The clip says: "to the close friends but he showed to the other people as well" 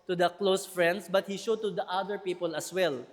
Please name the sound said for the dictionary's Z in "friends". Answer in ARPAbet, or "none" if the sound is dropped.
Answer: S